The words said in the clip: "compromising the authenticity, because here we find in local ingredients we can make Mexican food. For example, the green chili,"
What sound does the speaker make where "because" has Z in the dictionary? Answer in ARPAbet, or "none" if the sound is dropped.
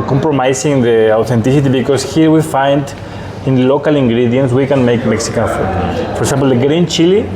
S